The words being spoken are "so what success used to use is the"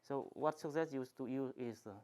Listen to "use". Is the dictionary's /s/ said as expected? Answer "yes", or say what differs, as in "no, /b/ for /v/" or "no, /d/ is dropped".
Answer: no, /s/ is dropped